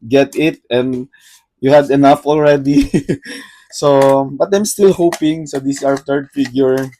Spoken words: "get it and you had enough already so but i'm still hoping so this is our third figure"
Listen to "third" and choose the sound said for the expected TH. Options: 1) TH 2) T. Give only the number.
2